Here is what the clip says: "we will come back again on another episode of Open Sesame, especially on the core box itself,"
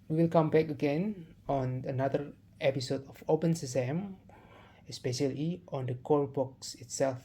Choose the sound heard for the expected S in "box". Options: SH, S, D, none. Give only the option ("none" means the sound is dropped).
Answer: S